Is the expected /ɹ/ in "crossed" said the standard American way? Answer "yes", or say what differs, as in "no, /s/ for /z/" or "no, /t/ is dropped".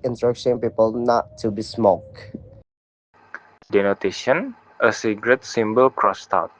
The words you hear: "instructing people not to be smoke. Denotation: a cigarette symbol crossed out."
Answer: yes